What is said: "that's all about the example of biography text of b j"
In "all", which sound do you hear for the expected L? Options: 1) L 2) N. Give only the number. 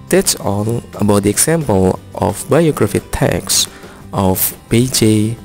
2